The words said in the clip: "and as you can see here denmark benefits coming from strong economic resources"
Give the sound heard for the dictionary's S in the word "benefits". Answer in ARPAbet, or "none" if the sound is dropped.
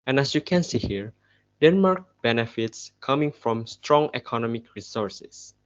S